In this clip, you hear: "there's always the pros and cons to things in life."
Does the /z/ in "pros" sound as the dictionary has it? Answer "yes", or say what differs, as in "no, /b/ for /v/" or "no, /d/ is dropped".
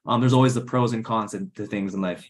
yes